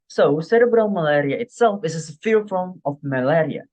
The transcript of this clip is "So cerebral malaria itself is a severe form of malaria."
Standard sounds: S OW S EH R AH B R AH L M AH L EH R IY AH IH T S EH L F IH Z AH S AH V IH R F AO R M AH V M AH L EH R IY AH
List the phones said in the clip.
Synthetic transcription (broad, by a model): S OW S EH R AH B R AH L M AH L EH R IY AH IH T S EH L F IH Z AH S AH F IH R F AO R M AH F M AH L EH R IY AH